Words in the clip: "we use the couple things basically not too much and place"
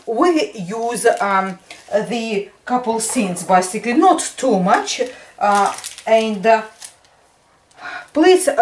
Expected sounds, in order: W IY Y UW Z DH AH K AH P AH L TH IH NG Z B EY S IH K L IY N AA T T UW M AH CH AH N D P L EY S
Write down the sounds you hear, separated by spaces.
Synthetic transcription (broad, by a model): W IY Y UW Z DH AH K AH P AH L S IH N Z B EY S IH K L IY N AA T T UW M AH CH AH N D P L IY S